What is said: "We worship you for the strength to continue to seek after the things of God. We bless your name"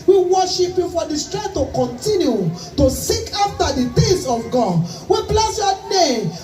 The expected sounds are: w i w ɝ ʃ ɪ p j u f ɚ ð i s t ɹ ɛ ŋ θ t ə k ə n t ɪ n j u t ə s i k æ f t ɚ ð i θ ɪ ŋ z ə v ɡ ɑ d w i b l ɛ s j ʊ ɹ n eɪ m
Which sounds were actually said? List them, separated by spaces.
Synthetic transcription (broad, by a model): w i w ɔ ʃ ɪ p j u f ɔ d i s t ɹ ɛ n t ə k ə n t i n j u t ə s i k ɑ f t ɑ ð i t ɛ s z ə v ɡ ɑ d w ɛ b l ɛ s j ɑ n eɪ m